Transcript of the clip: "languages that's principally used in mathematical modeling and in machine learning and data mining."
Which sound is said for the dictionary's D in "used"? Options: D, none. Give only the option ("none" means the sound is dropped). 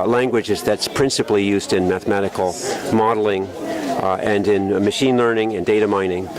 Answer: D